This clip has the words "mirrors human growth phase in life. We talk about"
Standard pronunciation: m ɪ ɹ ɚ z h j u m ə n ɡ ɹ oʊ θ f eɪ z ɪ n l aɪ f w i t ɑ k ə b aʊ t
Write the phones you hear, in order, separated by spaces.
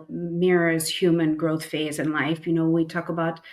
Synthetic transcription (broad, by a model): m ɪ ɹ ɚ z h j u m ə n ɡ ɹ oʊ θ f eɪ z ɪ n l aɪ f w i t ɑ k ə b aʊ t